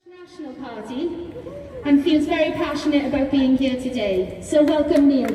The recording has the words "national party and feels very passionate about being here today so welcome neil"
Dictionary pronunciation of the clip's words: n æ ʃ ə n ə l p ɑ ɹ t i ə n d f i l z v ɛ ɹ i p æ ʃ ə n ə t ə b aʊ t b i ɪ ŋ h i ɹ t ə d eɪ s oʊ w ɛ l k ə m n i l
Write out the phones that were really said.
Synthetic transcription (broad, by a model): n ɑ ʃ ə n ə l p ɑ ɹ t i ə n f i l z v ɛ ɹ i p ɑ ʃ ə n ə t ə b aʊ t b i ɪ ŋ h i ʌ t ə d eɪ s oʊ w ɛ l k ə m i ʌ